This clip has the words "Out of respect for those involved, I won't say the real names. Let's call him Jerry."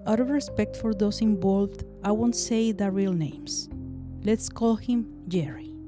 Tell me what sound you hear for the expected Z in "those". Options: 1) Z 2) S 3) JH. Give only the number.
2